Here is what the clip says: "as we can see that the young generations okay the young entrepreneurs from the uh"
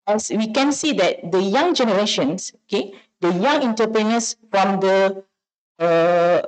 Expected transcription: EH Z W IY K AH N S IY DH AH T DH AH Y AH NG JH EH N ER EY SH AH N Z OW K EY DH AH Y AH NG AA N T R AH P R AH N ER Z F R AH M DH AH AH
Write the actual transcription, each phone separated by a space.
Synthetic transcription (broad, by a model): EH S W IY K AH N S IY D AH T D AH Y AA NG JH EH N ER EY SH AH N S OW K EY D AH Y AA NG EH N T AH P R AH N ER S F R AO M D AH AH